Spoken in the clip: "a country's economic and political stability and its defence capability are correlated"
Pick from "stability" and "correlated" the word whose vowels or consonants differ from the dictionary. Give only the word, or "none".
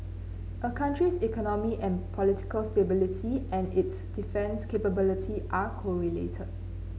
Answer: none